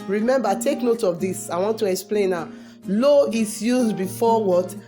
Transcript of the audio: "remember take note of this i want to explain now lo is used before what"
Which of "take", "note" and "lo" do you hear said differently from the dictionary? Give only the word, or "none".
none